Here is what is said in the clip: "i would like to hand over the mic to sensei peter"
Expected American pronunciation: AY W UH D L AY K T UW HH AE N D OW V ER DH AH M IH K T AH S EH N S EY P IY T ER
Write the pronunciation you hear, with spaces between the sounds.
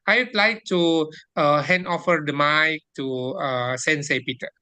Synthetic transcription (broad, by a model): AY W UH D L AY K T UW HH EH N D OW F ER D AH M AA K T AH S EH N S EY P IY T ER